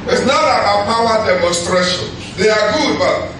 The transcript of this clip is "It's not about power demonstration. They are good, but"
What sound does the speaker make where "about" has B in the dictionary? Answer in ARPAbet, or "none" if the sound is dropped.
none